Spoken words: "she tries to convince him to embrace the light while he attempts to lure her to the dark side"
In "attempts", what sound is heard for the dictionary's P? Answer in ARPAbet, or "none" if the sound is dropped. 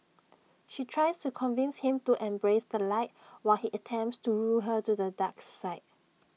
P